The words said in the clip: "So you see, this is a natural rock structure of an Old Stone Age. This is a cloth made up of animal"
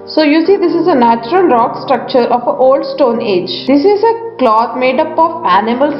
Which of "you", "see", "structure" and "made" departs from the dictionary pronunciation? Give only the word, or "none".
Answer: none